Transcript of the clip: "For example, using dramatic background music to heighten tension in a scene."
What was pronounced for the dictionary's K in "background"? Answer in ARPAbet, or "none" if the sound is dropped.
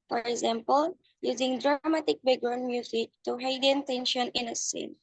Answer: none